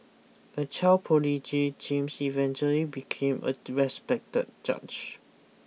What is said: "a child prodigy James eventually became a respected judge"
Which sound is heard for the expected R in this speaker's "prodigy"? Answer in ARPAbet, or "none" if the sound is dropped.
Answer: none